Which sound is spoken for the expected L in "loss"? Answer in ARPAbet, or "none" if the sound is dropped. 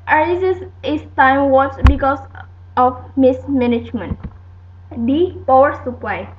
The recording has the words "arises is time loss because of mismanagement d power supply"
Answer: W